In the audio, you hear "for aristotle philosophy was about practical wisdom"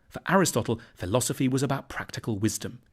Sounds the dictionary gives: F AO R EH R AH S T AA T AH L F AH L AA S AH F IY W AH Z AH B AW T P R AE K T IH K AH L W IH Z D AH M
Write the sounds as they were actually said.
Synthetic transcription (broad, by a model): F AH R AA R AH S T AA T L F AH L AA S AH F IY W AH Z AH B AW T P R AE K T IH K AH L W IH Z D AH M